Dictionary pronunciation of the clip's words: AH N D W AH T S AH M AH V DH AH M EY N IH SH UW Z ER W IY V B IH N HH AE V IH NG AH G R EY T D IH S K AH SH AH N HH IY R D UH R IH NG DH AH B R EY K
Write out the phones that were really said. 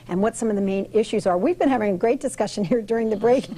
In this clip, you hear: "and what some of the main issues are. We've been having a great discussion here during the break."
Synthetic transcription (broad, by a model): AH N W AH T S AH M AH V DH AH M EY N IH SH UW Z ER W IY V B IH N HH AE V IH NG AH G R EY T D IH S K AH SH AH N HH IY R D UH R IH NG DH AH B R EY K